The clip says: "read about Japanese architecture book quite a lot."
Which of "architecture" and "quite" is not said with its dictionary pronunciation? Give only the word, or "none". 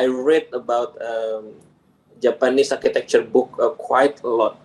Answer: none